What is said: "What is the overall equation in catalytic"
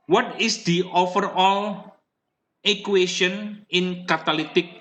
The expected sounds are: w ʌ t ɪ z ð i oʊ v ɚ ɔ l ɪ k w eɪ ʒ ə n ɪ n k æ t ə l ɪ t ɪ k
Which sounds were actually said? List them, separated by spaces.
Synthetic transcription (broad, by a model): w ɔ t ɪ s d i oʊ f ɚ ɔ l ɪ k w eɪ ʃ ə n ɪ n k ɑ t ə l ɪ t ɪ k